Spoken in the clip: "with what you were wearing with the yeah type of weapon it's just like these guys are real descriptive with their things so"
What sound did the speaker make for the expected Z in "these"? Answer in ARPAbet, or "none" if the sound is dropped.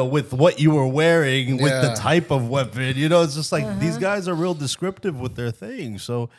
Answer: Z